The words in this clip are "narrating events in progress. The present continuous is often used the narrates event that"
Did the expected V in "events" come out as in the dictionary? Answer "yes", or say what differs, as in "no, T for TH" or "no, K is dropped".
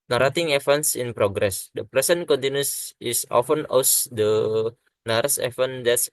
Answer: no, F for V